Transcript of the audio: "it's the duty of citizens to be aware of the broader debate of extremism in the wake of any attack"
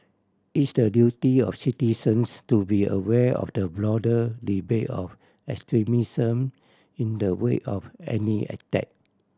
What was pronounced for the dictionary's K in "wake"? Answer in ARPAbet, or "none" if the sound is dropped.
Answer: none